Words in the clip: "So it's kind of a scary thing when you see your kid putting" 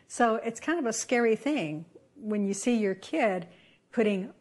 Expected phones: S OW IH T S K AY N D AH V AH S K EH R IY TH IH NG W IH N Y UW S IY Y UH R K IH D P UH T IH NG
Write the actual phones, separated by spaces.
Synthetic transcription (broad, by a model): S OW IH T S K AY N D AH V AH S K EH R IY TH IH NG W IH N Y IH S IY Y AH R K IH D P UH T IH NG